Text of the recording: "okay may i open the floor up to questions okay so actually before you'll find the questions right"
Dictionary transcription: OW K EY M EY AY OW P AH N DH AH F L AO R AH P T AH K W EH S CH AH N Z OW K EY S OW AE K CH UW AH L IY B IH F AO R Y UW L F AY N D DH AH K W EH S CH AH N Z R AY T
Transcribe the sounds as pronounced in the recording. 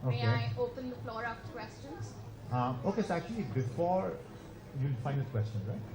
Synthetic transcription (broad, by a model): OW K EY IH OW P AH N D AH F L AO R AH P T K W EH S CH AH N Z OW K EY S OW AE K CH UW AH L IY B IH F AO R Y UW L F AY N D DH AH K W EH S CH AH N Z R AY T